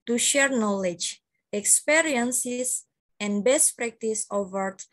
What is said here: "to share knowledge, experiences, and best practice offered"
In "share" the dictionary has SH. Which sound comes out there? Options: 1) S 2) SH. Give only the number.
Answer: 2